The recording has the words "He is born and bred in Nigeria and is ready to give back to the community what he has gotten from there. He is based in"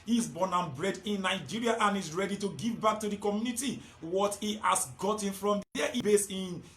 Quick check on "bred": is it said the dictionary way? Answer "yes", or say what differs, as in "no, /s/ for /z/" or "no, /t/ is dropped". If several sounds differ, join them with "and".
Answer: yes